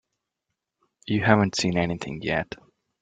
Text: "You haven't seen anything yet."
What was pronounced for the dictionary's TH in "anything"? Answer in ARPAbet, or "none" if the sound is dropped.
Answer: TH